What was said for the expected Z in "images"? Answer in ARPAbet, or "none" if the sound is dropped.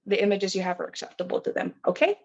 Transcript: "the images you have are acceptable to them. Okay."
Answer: Z